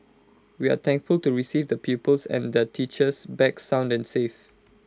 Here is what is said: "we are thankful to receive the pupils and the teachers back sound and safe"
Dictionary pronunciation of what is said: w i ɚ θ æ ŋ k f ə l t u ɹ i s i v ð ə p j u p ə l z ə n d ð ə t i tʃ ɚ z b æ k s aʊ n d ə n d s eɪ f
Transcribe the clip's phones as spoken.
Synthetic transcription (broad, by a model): w i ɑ t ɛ ŋ k f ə l t u ɹ i s i v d ə p j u p ə l s ə n d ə t i tʃ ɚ s b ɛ k s aʊ n d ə n s eɪ f